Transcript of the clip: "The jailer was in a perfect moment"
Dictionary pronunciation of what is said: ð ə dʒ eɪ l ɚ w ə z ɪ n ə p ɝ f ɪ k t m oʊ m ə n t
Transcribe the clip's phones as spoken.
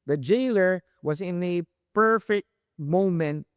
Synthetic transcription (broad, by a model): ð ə dʒ eɪ l ɚ w ə z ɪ n ə p ɝ f ɪ k t m oʊ m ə n t